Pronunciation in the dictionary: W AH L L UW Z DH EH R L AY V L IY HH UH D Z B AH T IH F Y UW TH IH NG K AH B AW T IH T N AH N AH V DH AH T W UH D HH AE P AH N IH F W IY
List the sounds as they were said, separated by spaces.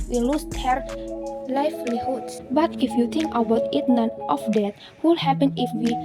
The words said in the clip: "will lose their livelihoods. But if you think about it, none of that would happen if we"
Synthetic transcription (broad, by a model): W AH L L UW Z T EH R L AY F L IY HH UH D S B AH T IH F Y UW T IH NG K AH B AW T IH T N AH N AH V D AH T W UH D HH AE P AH N IH F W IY